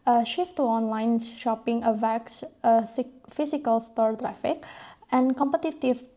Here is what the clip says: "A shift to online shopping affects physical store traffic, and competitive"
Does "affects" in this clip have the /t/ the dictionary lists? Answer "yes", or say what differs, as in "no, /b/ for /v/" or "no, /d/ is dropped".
no, /s/ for /t/